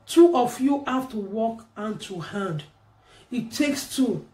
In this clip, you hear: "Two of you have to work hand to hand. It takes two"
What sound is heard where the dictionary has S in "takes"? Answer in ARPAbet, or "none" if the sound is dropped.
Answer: S